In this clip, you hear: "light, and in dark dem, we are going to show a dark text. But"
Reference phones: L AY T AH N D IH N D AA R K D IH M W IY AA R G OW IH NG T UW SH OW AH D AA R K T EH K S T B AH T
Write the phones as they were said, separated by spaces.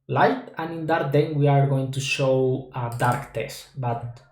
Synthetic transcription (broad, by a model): L AY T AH N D IH N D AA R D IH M W IY AA R G OW IH NG T UW SH OW AH D AA R K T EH S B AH T